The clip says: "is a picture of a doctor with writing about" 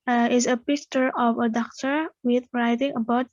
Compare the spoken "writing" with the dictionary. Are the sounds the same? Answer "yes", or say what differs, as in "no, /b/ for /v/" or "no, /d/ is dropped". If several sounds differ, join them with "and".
yes